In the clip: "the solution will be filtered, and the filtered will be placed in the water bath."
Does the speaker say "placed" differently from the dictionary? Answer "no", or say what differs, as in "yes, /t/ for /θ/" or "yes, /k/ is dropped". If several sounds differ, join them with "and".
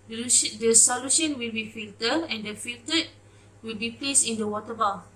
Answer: yes, /t/ is dropped